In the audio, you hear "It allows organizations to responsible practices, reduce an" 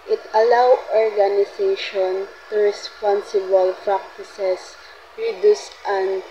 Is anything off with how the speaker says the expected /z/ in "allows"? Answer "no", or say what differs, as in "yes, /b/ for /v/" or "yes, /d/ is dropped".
yes, /z/ is dropped